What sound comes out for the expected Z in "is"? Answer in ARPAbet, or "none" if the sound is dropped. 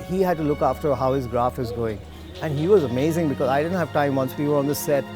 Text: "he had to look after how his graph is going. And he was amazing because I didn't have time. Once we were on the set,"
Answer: Z